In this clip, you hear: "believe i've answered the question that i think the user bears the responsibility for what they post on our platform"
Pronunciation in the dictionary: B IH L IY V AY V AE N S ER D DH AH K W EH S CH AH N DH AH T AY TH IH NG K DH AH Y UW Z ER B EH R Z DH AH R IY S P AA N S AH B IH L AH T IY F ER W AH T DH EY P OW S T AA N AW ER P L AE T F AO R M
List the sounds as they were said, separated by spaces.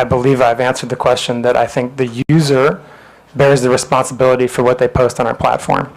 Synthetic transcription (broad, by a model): B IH L IY V AY V AE N S ER D DH AH K W EH S CH AH N DH AH T AY TH IH NG K DH AH Y UW Z ER B EH R Z DH AH R IY S P AA N S AH B IH L AH T IY F ER W AH T DH EY P OW S T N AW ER P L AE T F AO R M